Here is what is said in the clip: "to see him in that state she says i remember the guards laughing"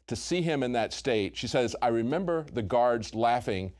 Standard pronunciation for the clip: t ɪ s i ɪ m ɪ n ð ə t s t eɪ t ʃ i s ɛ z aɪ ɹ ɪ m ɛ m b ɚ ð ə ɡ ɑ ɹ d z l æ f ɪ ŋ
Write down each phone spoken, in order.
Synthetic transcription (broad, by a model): t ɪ s i ɪ m ɪ n ð ə t s t eɪ t ʃ i s ɛ z aɪ ɹ ɪ m ɛ m b ɚ ð ə ɡ ɑ ɹ d z l æ f ɪ ŋ